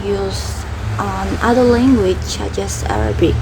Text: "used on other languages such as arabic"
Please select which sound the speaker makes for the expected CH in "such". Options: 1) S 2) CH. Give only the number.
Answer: 1